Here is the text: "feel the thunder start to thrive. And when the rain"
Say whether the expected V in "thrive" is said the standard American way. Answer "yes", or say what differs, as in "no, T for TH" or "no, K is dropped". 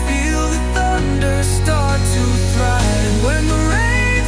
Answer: no, V is dropped